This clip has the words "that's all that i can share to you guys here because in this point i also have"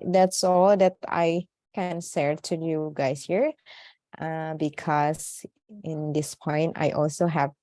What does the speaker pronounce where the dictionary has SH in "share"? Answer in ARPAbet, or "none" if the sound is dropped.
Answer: S